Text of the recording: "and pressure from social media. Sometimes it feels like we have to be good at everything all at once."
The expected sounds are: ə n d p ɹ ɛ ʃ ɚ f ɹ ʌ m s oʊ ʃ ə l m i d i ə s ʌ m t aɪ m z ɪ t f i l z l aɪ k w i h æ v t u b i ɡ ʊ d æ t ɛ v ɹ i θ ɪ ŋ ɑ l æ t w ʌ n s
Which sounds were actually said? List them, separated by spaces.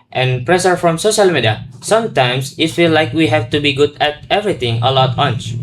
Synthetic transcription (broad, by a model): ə n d p ɹ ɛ s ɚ f ɹ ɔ m s oʊ ʃ ə l m i d i ə s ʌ m t aɪ m s ɪ t f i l l aɪ k w i h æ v t u b i ɡ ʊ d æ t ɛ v ɹ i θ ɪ ŋ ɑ l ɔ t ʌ n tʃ